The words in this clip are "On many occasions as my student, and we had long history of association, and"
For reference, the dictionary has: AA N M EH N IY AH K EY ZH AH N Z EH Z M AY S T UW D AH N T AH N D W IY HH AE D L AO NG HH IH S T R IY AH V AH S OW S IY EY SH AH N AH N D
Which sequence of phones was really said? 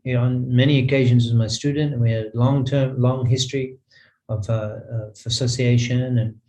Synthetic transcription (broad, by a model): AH N M EH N IY AH K EY ZH AH N Z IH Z M AY S T UW D N T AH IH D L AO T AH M L AO NG HH IH S T R IY AH V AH S OW S IY EY SH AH N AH N